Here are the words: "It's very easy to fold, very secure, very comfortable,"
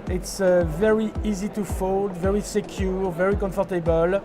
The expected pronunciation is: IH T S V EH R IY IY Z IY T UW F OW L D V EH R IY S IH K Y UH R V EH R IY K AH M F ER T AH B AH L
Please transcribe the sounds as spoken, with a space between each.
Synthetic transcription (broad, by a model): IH T S V EH R IY IY Z IY T UW F OW L D V EH R IY S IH K Y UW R V EH R IY K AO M F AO T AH B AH L